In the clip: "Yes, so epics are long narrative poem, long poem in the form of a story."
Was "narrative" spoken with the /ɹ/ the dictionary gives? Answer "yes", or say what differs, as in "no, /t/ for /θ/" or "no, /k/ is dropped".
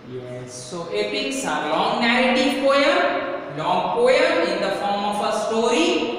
no, /ɹ/ is dropped